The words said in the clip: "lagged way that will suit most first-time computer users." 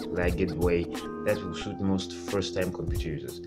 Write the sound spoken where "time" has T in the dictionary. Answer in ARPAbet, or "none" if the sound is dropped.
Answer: T